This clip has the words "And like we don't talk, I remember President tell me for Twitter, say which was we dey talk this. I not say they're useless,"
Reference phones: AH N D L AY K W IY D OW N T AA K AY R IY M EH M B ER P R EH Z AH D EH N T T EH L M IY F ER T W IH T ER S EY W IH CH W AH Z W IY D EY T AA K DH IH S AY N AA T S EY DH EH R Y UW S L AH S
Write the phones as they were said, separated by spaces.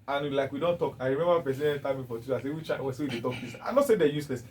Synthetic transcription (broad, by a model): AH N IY L AY K W IY D OW N T AA K AY R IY M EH M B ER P EH S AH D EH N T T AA M IY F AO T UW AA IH S EY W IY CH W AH S W IY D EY T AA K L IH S AY N AA T S EY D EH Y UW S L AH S